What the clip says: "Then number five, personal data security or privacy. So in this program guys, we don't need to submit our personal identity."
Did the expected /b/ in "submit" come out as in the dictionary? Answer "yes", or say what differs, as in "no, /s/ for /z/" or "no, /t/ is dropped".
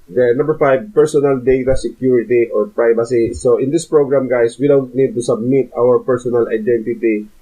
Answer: yes